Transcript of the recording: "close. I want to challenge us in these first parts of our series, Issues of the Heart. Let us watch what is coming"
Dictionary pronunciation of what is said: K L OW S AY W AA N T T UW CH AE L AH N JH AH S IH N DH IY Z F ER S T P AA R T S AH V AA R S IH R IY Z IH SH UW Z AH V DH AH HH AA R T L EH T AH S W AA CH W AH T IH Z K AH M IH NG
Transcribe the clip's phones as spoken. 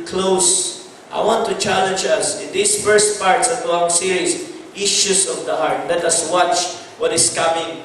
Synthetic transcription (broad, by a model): K L OW S AY W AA N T T UW CH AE L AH N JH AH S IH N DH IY S F ER S T P AA R T S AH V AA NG S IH R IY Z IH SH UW S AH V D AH HH AA R T L EH T AH S W AA CH W AH T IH S K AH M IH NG